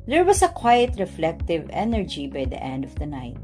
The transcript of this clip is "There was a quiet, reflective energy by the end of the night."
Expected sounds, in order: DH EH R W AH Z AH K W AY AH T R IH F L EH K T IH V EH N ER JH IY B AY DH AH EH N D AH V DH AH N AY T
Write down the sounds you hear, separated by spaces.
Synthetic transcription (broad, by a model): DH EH R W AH S AH K W AY AH T R IH F L EH K T IH V EH N ER JH IY B AY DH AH EH N D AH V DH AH N AY T